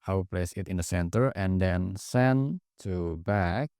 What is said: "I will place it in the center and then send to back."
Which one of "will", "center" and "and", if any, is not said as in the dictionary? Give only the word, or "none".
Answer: will